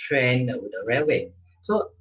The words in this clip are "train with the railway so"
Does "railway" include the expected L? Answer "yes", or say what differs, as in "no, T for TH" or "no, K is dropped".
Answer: no, L is dropped